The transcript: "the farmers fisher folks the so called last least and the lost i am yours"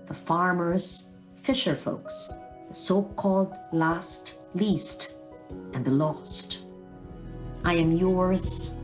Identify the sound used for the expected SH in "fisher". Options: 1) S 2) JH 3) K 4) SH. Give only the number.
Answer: 4